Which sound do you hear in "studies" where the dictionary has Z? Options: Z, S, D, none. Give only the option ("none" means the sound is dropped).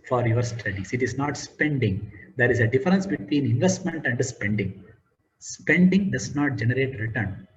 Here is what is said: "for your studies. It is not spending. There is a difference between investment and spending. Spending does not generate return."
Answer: S